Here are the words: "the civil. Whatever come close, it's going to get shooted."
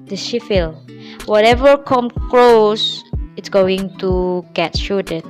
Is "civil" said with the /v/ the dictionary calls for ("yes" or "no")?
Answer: no